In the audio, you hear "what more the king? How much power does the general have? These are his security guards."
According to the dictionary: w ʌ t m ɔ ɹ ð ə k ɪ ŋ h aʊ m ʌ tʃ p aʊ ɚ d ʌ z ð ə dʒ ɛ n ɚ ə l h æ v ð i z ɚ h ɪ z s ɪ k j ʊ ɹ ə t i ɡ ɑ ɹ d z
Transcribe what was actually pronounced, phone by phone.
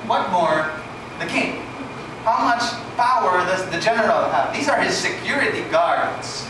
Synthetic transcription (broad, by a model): w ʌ t m ɔ ɹ ð ə k ɪ ŋ h aʊ m ʌ tʃ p aʊ ɚ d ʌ z ð ə dʒ ɛ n ɚ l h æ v ð i z ɚ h ɪ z s ɪ k j ʊ ɹ ə t i ɡ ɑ ɹ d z